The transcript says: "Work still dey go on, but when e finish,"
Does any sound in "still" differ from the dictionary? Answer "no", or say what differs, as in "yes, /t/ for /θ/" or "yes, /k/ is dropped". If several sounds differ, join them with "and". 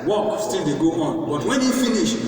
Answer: yes, /n/ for /l/